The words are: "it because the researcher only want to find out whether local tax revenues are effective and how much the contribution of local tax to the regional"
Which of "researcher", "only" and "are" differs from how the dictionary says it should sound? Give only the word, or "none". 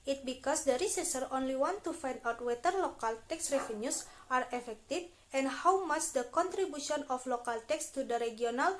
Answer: researcher